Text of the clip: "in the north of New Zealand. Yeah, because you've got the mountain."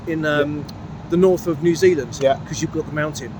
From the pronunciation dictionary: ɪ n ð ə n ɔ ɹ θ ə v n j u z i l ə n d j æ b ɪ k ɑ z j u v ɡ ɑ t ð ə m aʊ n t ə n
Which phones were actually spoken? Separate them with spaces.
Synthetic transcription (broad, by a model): ɪ n ð ə n ɔ θ ə v n j u z i l ə n d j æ k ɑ z j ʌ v ɡ ɑ t ð ə m aʊ n t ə n